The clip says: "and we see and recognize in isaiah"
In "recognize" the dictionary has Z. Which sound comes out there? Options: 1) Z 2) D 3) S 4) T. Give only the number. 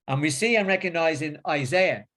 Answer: 1